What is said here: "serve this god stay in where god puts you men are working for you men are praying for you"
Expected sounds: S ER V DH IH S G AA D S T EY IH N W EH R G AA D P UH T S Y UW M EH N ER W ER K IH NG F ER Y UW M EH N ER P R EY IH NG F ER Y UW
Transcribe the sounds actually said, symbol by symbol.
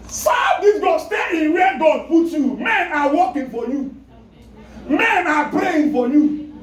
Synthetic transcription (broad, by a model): S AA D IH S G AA S T EY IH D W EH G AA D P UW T Y UW M EH N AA W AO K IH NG F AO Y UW M EH N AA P R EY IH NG F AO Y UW